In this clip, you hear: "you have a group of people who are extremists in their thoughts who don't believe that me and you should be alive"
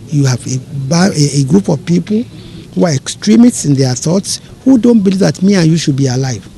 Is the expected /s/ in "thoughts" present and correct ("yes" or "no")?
yes